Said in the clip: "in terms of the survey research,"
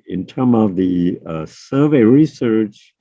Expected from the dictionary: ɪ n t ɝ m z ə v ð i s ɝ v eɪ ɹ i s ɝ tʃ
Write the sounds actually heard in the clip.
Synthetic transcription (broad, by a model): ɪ n t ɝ m ə v ð i s ɝ v eɪ ɹ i s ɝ tʃ